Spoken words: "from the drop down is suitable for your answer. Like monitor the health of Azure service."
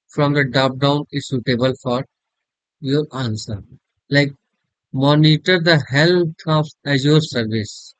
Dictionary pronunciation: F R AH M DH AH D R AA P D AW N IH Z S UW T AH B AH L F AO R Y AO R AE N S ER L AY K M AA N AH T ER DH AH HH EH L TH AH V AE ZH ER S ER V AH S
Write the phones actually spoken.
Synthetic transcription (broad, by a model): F R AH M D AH D AA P D AW N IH S UW T AH B AH L F AO R Y AO R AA N S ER L AY K M AA N AH T ER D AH HH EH L T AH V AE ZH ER S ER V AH S